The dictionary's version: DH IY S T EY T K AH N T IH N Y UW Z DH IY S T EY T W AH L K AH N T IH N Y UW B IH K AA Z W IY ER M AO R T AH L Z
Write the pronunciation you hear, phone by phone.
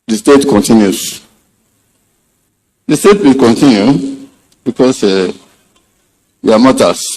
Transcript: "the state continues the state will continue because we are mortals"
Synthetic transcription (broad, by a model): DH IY S T EY T K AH N T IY N Y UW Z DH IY S T EY T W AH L K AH N T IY N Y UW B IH K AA S W IY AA M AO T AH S